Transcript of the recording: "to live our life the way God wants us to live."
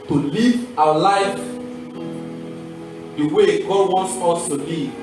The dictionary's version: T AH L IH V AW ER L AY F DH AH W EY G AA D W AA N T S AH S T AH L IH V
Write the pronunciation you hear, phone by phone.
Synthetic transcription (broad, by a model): T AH L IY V AW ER L AY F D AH W EY G AA D W AA N T S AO S T AH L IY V